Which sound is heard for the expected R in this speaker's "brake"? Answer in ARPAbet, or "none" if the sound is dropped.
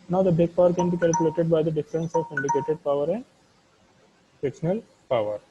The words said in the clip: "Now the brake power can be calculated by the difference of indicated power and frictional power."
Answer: none